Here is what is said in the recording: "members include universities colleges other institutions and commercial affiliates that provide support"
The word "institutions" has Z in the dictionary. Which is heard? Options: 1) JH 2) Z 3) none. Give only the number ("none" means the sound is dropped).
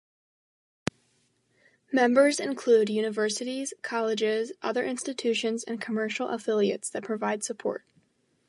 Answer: 2